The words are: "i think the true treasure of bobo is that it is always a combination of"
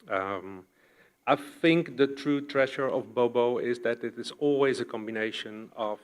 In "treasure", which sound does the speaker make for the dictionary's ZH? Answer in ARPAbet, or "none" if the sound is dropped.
SH